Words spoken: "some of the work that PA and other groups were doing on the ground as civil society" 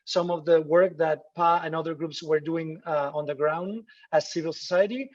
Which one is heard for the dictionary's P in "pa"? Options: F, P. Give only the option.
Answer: P